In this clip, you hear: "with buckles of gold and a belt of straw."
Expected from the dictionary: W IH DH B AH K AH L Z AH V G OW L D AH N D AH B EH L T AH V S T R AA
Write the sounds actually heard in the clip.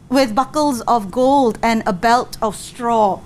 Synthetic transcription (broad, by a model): W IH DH B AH K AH L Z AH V G OW L D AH N AH B EH L T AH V S T R AA